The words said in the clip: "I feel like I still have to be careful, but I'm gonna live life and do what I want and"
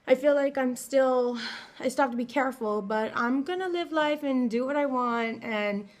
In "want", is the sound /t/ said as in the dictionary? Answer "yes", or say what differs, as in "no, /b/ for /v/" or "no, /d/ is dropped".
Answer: yes